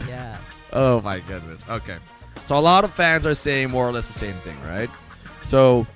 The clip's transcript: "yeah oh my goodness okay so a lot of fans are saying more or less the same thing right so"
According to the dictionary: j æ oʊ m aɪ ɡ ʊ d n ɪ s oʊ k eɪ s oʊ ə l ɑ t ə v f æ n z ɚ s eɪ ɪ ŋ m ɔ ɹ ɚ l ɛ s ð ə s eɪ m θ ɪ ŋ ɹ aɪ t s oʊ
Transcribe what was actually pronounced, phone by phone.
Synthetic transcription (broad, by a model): j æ oʊ m aɪ ɡ ʊ d n ɪ s oʊ k eɪ s oʊ ə l ɑ t ə v f æ n z ɚ s eɪ ɪ ŋ m ɔ ɹ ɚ l ɛ s ð ə s eɪ m θ ɪ ŋ ɹ aɪ t s oʊ